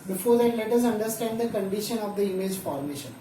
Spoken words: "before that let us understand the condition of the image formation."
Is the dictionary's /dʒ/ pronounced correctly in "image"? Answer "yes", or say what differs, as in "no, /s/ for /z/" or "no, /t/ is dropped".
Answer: yes